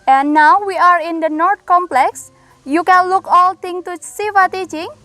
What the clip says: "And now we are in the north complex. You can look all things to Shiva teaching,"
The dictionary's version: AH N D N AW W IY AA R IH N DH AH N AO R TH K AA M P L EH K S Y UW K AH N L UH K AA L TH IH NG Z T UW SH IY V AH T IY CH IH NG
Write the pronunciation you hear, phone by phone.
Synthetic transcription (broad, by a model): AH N N AW W IY AA R IH N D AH N AO R T K AA M P L EH K S Y UW K AH N L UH K AA L T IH NG T UW S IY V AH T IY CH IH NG